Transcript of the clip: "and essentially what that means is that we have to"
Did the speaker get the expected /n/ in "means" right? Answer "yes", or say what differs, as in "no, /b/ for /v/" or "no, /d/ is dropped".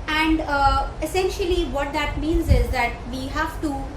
yes